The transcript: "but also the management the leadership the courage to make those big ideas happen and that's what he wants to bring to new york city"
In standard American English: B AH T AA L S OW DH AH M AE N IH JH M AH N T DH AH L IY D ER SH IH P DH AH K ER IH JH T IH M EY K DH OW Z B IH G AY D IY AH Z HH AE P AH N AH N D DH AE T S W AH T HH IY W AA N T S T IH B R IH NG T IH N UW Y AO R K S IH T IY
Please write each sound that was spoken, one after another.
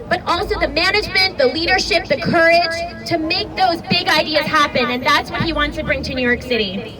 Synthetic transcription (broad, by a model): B AH T AA L S OW DH AH M AE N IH JH M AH N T DH AH L IY D ER SH IH P DH AH K ER IH JH T IH M EY K DH OW Z B IH G AY D IY AH Z HH AE P AH N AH N DH AE T S W AH T HH IY W AA N T S T IH B R IH NG T IH N UW Y AO R K S IH T IY